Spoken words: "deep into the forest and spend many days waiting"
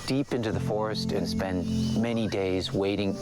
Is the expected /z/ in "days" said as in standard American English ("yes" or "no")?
yes